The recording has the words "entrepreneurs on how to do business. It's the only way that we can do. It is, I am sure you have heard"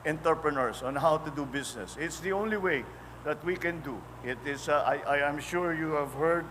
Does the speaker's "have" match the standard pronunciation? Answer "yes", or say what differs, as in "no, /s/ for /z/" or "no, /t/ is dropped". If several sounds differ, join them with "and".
yes